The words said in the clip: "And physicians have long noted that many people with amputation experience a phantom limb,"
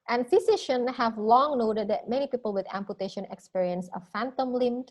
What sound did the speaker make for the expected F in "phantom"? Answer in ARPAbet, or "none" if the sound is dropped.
F